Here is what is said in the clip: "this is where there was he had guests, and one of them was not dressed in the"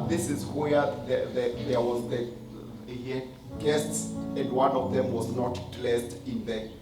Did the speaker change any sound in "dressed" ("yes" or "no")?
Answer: yes